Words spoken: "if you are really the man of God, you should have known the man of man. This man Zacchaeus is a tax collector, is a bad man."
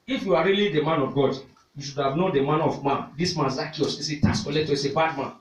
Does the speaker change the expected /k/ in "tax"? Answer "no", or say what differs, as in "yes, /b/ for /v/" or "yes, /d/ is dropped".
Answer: yes, /k/ is dropped